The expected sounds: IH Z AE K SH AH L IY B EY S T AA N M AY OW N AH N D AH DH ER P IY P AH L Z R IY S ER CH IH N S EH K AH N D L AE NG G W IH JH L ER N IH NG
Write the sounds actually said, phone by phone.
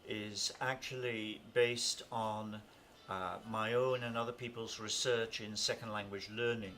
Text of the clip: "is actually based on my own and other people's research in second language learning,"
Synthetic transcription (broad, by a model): IH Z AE K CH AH L IY B EY S T N M AY OW N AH N AH DH ER P IY P AH L Z R IY S ER CH IH N S EH K AH N D L AE NG G W IH JH L ER N IH NG